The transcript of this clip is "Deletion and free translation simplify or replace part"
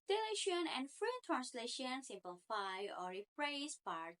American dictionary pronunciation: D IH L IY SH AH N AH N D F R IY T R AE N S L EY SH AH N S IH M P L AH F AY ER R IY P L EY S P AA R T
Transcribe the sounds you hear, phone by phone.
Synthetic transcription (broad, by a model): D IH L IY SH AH N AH N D F R IY T R AE N S L EY SH AH N S IH M P L AH F AY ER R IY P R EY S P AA R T